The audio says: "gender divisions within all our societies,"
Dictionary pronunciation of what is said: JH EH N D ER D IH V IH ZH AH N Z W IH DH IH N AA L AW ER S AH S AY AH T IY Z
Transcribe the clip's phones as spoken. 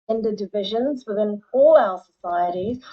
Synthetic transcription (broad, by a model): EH N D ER D IH V IH ZH AH N Z W IH DH IH N AA L AW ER S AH S AY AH T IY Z